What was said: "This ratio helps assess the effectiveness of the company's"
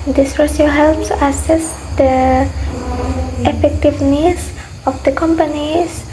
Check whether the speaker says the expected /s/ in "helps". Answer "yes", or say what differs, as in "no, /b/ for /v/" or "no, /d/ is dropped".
yes